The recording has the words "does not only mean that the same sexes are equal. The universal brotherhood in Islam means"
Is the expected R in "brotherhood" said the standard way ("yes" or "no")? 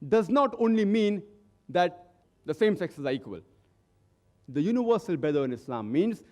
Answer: no